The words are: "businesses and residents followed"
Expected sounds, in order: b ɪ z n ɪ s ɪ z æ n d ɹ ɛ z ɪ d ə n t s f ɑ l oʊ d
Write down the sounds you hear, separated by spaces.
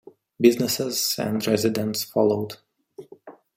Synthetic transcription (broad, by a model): b ɪ z n ɪ s ɪ z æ n d ɹ ɛ z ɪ d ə n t s f ɑ l oʊ d